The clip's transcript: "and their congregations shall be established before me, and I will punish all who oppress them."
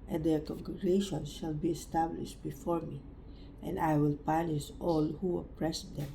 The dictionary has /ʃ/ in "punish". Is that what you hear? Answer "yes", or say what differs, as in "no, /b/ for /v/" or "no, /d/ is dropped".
no, /s/ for /ʃ/